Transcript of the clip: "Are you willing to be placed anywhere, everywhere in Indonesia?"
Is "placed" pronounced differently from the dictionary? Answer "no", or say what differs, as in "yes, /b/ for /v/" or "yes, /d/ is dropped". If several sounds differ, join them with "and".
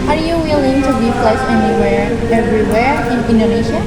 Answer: yes, /t/ is dropped